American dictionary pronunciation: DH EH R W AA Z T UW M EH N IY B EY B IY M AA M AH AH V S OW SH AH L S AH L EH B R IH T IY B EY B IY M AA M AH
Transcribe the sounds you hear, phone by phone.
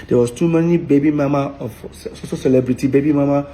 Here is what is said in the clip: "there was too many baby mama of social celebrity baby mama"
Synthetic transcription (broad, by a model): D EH W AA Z T UW M EH N IY B EY B IY M AA M AH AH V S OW S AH S AH L EH B R IH T IY B EY B IY M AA M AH